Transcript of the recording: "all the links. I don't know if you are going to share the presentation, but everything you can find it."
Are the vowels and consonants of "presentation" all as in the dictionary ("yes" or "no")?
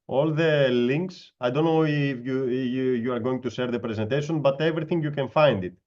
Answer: yes